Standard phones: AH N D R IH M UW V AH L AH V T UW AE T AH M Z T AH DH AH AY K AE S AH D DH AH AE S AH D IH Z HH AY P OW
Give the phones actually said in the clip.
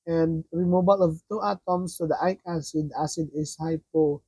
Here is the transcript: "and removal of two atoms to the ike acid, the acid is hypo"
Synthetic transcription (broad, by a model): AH N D R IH M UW B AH L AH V T UW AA T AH M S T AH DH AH AY K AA S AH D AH S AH D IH S HH AY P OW